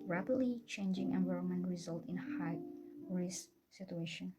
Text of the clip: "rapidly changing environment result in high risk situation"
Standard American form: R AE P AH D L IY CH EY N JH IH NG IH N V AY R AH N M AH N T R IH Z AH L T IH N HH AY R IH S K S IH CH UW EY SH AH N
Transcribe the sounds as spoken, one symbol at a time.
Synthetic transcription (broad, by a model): R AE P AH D L IY CH EY N JH IH NG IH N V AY R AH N M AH N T R IH Z AH L T IH N HH AY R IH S S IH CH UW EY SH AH N